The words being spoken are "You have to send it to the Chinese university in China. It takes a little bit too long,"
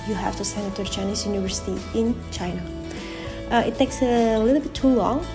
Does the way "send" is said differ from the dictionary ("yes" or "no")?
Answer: yes